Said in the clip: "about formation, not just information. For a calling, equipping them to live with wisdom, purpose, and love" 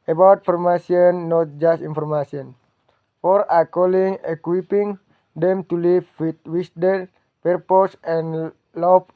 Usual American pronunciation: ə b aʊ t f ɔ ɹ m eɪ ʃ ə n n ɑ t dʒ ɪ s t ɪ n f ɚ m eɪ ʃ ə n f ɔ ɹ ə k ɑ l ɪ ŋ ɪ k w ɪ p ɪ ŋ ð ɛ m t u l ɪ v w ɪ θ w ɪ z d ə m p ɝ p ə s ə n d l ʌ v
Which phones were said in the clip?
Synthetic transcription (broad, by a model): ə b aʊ t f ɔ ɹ m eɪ s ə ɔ n ɑ t dʒ ɪ s t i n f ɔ m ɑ s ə n f ɔ ɹ ə k ɑ l ɪ ŋ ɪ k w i p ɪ ŋ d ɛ m t u l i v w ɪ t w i s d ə p ɝ p ə s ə n l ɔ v